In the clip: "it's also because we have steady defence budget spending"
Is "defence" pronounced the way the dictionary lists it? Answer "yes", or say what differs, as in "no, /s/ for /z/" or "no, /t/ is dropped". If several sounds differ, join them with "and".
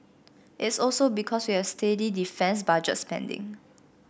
yes